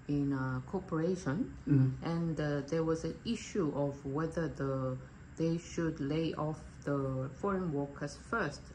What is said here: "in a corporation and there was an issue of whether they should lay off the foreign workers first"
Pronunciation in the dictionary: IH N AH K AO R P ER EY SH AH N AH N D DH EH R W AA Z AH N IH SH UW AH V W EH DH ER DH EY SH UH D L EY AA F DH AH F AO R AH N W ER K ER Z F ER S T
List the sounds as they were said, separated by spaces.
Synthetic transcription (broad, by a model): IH N AH K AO P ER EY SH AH N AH N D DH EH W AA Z AH N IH SH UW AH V W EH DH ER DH EY SH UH D L EY AA F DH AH F AO R AH N W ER K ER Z F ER S T